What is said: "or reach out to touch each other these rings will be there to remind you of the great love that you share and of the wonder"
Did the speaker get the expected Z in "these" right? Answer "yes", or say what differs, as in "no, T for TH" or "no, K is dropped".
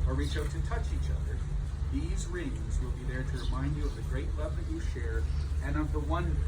yes